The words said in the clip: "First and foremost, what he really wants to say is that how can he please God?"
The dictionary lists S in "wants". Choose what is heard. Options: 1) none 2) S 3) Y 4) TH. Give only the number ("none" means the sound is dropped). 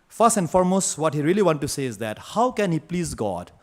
1